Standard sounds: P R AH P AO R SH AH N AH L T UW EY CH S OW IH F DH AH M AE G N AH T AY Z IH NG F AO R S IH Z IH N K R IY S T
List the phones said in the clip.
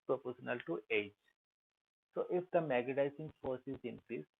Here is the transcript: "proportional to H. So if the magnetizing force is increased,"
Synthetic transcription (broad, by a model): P R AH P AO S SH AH N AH L T UW EY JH S OW IH F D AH M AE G AH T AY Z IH NG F AO R S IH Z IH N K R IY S